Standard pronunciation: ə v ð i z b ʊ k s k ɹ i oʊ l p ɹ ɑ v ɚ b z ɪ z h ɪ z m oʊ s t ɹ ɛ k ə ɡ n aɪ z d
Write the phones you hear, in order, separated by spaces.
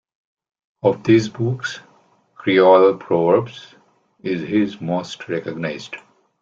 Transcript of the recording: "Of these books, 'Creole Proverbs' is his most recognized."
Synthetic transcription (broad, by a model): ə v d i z b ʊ k s k ɹ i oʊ l p ɹ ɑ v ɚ b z ɪ z h ɪ z m oʊ s t ɹ ɛ k ə ɡ n aɪ z d